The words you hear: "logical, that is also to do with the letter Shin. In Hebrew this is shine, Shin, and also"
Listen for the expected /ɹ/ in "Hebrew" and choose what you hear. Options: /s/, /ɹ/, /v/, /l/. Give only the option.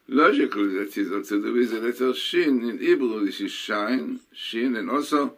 /l/